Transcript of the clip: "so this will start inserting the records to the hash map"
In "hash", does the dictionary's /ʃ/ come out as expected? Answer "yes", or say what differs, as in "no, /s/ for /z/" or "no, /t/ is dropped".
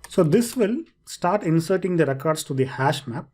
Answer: yes